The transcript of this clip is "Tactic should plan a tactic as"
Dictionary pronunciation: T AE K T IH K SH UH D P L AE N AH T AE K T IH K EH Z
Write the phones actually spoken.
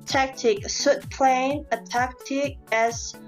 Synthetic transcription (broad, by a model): T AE K T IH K S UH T P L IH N AH T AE K T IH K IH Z